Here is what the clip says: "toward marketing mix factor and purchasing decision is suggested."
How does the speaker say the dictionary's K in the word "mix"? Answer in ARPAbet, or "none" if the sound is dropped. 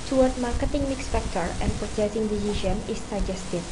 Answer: K